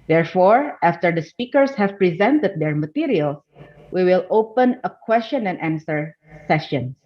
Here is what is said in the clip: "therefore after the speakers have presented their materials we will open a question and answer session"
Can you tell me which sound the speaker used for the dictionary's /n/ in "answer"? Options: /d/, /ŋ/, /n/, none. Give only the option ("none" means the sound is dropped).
/n/